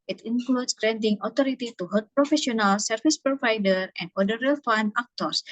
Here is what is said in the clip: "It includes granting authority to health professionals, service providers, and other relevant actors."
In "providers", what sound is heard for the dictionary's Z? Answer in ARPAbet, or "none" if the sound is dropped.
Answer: none